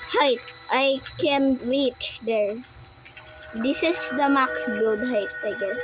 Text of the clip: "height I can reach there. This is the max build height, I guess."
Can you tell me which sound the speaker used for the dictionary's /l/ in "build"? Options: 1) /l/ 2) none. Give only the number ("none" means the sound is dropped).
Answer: 2